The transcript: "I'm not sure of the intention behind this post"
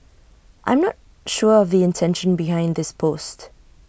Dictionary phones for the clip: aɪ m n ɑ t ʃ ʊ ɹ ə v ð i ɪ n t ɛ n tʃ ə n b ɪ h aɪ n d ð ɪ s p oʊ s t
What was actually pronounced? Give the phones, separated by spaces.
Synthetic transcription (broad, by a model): aɪ m n ɑ t ʃ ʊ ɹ ə v ð i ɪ n t ɛ n ʃ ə n b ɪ h aɪ n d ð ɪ s p oʊ s t